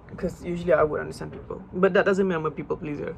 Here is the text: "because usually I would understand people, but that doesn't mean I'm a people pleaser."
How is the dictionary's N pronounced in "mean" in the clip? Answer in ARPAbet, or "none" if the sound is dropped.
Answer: none